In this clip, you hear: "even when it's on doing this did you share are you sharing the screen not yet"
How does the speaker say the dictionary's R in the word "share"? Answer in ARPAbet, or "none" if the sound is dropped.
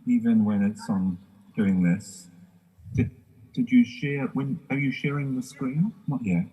W